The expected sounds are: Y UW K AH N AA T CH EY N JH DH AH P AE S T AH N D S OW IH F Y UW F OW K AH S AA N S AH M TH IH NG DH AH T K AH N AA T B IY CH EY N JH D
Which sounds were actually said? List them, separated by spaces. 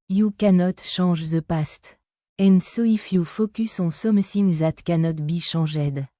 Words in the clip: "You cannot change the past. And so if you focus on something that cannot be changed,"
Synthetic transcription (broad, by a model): Y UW K AH N AA T SH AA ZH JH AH P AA S T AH N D S OW IH F Y UW F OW K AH S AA S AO M S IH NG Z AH T K AH N AA T B IY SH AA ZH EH D